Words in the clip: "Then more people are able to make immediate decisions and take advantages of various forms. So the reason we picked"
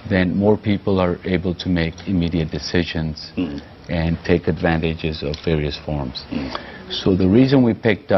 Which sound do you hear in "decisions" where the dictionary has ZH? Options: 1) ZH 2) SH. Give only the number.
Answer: 1